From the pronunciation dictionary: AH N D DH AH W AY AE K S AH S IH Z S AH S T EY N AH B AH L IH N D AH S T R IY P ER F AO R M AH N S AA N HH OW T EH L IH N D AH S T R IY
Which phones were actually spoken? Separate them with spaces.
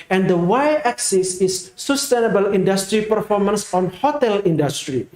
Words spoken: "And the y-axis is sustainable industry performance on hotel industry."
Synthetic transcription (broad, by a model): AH N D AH W AY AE K S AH S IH S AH S T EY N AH B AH L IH N D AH S T R IY P ER F AO R M AH N S AA N HH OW T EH L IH N D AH S T R IY